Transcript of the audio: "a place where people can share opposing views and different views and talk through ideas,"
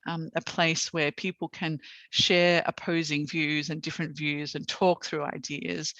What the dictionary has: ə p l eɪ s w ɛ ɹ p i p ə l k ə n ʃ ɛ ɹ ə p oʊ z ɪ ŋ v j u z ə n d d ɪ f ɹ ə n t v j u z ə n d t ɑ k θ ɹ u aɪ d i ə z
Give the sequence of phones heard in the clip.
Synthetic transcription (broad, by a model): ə p l eɪ s w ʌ ɹ p i p l k ə n ʃ ɛ ɹ ə p oʊ z ɪ ŋ v j u z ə n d d ɪ f ɹ ə n t v j u z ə n t ɑ k θ ɹ u aɪ d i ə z